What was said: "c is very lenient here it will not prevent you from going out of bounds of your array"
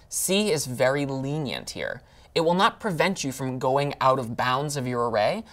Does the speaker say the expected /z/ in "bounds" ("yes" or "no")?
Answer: yes